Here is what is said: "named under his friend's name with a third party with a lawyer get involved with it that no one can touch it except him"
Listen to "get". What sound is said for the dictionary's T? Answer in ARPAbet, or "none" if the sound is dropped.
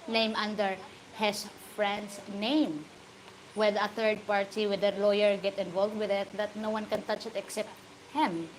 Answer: T